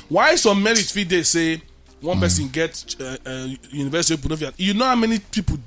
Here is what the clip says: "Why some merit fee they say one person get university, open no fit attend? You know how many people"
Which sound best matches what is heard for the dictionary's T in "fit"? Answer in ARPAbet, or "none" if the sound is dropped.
none